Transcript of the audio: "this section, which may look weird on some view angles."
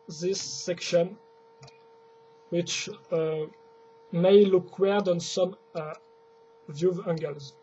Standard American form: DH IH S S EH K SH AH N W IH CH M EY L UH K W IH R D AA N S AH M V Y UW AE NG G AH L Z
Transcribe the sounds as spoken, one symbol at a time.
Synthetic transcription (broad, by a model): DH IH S S EH K SH AH N W IH CH M EY L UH K W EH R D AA N S AH M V Y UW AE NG G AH L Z